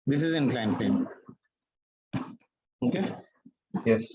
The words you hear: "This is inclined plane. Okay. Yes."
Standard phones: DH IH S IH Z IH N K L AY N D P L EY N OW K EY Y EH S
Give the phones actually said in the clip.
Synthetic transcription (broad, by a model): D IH S IH Z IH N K L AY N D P EY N OW K EY Y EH S